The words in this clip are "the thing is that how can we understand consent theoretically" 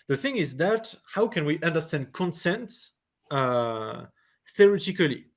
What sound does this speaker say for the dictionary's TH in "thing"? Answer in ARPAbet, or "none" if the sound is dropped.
TH